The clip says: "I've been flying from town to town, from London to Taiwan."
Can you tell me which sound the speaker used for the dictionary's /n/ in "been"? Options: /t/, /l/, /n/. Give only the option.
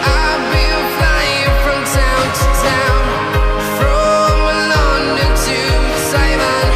/l/